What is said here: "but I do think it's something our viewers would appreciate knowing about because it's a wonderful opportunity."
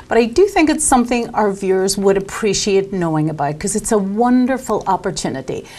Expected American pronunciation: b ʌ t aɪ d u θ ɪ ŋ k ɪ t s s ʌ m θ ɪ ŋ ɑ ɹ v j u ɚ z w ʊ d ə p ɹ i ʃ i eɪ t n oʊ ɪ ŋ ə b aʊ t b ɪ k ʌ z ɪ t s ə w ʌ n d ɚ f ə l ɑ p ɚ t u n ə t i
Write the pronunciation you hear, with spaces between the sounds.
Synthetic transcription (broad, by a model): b ʌ t aɪ d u θ ɪ ŋ k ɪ t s s ʌ m θ ɪ ŋ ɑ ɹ v j u ɚ z w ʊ d ə p ɹ i ʃ i eɪ t n oʊ ɪ ŋ ə b aʊ t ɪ k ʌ z ɪ t s ə w ʌ n d ɚ f l ɑ p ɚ t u n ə t i